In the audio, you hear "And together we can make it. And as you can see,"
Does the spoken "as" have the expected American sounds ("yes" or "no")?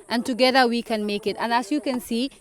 no